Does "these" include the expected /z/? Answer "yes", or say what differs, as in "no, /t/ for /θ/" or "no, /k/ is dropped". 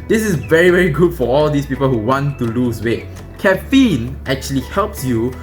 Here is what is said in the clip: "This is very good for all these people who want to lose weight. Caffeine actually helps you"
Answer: no, /s/ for /z/